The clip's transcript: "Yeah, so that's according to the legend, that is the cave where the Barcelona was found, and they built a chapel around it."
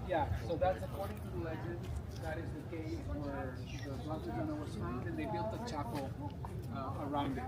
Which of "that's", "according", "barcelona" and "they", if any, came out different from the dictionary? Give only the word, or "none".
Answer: barcelona